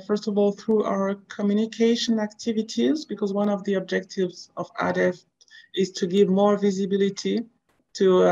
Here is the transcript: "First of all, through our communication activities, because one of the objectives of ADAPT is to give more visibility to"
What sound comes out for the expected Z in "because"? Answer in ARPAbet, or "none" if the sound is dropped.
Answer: Z